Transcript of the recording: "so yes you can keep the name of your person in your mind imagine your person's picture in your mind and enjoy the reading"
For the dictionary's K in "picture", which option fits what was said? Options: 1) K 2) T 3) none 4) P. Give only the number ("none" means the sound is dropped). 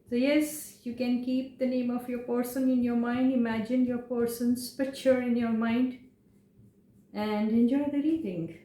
3